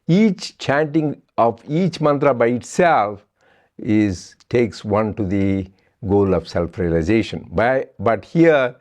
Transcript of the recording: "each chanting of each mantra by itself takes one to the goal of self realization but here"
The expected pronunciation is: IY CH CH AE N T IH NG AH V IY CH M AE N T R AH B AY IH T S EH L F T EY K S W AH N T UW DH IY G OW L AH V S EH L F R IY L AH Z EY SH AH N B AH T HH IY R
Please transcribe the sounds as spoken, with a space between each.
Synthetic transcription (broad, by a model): IY CH CH AE N T IH NG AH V IY CH M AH N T R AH B AY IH T S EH L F T EY K S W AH N T UW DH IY G OW L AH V S EH L F R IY L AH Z EY SH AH N B AH T HH IY R